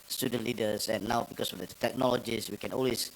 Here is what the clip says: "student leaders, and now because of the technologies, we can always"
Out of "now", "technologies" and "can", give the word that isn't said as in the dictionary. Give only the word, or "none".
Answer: technologies